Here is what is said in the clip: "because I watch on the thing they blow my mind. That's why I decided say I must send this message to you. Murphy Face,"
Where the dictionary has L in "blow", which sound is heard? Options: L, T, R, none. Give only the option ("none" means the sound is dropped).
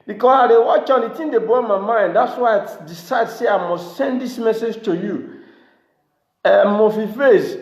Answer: none